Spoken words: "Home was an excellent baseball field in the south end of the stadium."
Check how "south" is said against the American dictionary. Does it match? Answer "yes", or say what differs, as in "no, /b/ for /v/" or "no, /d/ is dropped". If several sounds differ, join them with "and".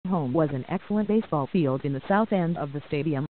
yes